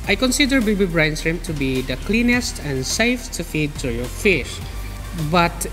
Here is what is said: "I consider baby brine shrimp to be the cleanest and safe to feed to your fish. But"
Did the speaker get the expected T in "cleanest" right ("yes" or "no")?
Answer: yes